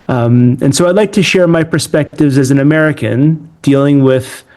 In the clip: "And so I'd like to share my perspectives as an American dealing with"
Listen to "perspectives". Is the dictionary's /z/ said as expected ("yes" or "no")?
yes